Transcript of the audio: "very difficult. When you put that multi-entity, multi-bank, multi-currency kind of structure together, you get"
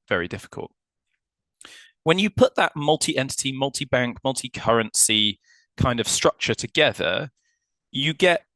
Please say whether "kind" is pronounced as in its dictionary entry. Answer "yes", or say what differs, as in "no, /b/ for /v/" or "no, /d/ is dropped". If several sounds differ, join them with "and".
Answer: yes